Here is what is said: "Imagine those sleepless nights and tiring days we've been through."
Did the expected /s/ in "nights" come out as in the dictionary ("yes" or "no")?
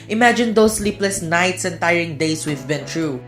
yes